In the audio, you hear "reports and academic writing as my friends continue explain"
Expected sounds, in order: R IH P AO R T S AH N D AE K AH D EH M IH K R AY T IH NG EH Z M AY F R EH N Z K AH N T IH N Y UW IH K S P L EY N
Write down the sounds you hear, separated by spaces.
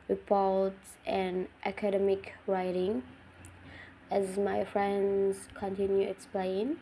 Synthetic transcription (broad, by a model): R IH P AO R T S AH N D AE K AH D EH M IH K R AY T IH NG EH Z M AY F R EH N Z K AH N T IH N Y UW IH K S P L EY N